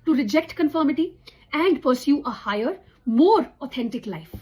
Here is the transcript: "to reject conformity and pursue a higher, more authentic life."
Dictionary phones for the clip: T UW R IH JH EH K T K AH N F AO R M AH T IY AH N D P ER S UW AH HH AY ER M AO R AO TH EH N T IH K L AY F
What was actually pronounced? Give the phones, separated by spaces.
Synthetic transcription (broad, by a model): T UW R IH JH EH K T K AH N F AO R M AH T IY AH N D P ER S UW AH HH AY ER M AO R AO T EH N T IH K L AY F